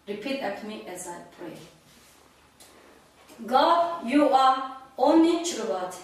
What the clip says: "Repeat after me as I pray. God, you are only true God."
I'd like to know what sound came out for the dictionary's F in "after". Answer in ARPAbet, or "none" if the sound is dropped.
none